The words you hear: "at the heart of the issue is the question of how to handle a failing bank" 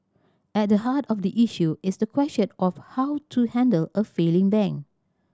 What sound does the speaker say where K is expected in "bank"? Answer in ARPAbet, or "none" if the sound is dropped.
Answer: none